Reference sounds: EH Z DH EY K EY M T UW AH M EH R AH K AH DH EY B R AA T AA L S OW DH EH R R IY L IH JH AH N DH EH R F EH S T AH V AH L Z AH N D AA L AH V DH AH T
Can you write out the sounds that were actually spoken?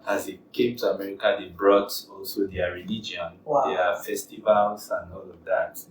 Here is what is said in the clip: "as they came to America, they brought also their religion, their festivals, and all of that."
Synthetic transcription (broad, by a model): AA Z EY K EY M T UW AH M EH R AH K AH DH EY B R AA T AA L S OW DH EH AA R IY L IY JH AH N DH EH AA F EH S T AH V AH L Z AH N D AA L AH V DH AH T